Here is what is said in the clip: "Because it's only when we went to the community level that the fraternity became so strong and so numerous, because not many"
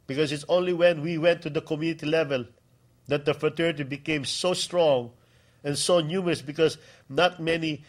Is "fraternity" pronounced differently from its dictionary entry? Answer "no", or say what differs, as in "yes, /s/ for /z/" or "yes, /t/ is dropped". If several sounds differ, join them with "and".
yes, /ɹ/ is dropped and /n/ is dropped